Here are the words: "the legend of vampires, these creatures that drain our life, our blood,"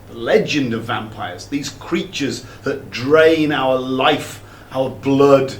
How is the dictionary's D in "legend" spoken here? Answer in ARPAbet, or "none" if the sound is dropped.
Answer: D